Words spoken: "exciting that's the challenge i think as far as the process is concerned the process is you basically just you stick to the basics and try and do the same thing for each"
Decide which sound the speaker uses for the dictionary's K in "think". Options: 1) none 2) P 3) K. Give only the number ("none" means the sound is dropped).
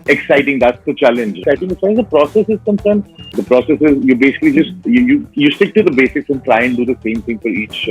1